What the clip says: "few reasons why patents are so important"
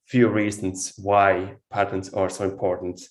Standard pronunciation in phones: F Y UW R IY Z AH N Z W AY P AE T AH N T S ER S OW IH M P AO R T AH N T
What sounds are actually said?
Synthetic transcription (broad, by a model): F Y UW R IY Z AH N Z W AY P AE T AH N T S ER S OW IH M P AO R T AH N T